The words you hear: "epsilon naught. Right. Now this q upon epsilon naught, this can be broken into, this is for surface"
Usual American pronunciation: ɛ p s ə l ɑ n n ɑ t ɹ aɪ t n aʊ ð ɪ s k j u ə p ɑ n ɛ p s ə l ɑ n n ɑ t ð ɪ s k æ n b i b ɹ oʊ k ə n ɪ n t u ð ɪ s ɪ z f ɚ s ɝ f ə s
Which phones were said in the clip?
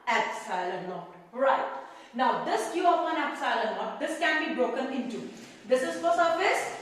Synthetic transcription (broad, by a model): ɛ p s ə l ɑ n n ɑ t ɹ aɪ t n aʊ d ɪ s k j u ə f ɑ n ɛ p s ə l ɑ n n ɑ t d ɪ s k æ n b i b ɹ oʊ k ə n ɪ n t u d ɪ s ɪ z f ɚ s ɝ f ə s